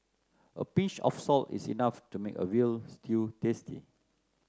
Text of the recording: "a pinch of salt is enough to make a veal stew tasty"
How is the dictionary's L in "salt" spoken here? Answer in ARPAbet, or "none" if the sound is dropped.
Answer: L